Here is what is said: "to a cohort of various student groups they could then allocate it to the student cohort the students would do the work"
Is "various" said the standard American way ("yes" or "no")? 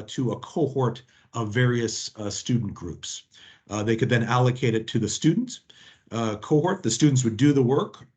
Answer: yes